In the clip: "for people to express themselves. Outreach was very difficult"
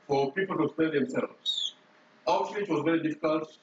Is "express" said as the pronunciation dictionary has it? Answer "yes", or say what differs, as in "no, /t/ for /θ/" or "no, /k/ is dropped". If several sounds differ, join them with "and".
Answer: no, /ɹ/ is dropped